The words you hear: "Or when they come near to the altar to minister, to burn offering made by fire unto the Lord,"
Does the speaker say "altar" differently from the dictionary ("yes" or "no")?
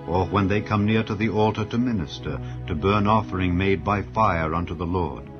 no